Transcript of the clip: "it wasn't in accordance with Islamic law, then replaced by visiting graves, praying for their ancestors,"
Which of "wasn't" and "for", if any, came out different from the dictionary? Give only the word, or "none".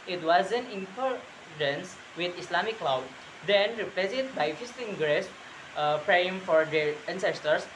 wasn't